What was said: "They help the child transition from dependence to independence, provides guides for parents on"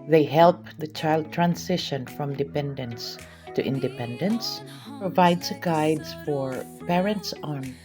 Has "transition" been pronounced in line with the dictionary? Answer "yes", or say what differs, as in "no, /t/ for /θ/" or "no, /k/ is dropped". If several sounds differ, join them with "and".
no, /s/ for /z/